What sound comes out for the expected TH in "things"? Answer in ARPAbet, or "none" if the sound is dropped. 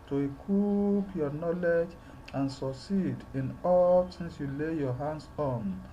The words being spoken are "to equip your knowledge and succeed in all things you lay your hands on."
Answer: S